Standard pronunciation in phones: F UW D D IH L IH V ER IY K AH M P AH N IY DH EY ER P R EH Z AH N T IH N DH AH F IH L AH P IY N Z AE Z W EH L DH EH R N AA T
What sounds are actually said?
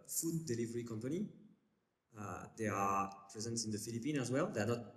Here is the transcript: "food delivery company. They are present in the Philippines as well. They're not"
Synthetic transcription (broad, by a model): F UW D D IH L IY V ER IY K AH M P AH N IY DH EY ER P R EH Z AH N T IH N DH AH F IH L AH P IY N AE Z W EH L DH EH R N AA T